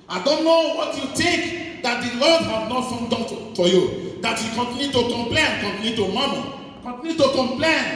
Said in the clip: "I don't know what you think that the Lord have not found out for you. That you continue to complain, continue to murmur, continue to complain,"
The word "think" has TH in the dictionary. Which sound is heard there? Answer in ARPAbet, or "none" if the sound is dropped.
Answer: T